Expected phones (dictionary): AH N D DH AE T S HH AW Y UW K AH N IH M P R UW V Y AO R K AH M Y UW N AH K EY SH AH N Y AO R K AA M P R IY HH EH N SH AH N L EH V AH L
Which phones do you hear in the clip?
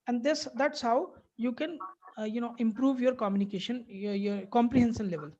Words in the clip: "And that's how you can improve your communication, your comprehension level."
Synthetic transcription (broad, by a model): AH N D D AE T S HH AW Y UW K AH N IH M P R UW V Y AO R K AH M Y UW N AH K EY SH AH N Y AO R K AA M P R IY HH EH N S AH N L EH V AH L